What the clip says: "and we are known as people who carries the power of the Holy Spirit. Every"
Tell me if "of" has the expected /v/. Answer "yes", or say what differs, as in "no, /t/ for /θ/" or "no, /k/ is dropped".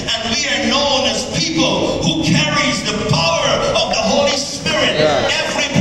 yes